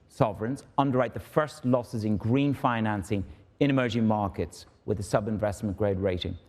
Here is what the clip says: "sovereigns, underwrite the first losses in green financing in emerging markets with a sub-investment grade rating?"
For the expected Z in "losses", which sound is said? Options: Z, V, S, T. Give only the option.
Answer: Z